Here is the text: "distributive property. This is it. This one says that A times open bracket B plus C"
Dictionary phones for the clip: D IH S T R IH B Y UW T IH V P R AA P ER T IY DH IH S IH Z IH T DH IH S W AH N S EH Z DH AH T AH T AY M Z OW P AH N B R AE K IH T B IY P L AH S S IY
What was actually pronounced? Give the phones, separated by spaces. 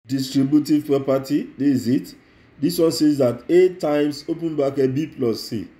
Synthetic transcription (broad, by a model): D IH S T R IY B Y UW T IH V P R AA P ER T IY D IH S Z IH T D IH S W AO N S EH Z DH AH T AH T AY M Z OW P AH N B AA K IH B IY P L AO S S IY